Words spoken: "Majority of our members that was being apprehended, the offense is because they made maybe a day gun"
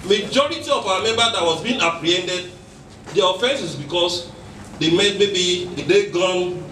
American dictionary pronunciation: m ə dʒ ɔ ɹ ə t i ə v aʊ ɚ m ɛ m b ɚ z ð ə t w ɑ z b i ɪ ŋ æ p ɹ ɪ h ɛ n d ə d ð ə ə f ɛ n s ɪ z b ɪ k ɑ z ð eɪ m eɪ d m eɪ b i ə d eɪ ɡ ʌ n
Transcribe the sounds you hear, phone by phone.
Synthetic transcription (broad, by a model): m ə dʒ ɔ ɹ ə t i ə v aʊ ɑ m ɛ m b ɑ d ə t w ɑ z b i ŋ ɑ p ɹ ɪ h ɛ n d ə d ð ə ə f ɛ n s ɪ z b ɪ k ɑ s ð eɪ m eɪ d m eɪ b i ə d eɪ ɡ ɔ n